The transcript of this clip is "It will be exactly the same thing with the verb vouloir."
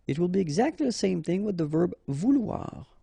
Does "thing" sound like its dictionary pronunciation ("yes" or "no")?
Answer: yes